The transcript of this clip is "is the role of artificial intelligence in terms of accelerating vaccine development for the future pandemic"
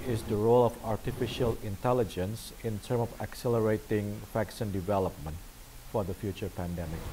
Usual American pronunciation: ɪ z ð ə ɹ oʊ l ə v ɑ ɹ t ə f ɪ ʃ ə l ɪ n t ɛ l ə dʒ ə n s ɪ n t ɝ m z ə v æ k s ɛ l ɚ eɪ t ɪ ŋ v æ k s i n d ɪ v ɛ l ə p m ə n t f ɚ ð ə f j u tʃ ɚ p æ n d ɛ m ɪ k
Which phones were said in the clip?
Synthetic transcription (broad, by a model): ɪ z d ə ɹ oʊ l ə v ɑ ɹ t ə f ɪ ʃ ə l ɪ n t ɛ l ə dʒ ə n s ɪ n t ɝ m ə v æ k s ɛ l ɚ eɪ t ɪ ŋ f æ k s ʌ n d ɪ v ɛ l ə p m ə n t f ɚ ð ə f j u tʃ ɚ p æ n d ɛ m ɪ k